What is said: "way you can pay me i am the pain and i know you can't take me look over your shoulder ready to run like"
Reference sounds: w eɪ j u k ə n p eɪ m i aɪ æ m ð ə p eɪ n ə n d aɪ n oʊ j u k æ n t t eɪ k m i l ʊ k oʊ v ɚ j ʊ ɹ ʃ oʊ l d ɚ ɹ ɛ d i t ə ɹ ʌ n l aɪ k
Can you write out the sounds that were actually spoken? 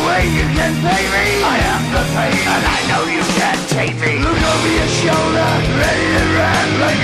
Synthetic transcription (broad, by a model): w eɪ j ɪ k ə n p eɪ m i aɪ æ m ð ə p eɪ ə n aɪ n oʊ j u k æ n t t eɪ k m i l ʊ k oʊ v ɚ j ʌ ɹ ʃ oʊ l d ɚ ɹ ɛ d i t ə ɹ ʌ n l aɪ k